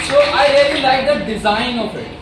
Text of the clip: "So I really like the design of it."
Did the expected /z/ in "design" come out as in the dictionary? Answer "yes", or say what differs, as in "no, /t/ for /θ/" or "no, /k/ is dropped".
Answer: yes